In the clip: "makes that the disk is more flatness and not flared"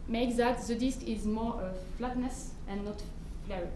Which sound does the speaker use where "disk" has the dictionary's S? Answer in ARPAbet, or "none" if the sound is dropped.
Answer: S